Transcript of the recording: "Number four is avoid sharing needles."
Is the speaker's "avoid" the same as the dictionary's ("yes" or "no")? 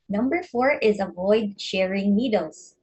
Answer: yes